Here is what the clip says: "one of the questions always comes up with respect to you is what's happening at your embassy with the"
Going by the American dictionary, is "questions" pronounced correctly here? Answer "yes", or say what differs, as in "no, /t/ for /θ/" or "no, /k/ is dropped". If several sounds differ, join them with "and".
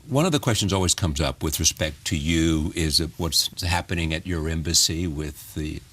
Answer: yes